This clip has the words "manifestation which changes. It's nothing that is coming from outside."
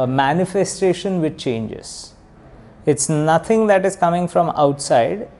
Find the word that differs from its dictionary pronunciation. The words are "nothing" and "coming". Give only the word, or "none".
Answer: nothing